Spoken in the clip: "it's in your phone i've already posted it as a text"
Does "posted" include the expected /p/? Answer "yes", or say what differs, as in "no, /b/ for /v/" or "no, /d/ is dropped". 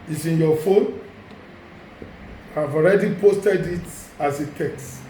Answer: yes